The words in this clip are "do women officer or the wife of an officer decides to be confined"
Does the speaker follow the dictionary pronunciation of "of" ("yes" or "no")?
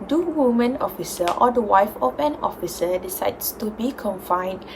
no